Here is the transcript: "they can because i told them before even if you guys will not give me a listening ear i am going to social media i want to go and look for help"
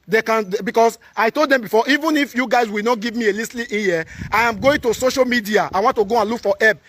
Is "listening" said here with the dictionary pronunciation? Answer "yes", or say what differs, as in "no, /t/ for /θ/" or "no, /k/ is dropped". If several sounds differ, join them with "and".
no, /l/ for /n/